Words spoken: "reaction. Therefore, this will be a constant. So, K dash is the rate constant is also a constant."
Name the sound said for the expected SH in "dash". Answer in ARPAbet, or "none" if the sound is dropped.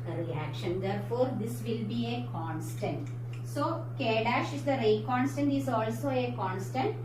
SH